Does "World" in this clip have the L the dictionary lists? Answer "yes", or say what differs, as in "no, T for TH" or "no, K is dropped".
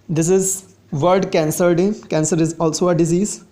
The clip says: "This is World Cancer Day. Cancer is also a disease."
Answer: no, L is dropped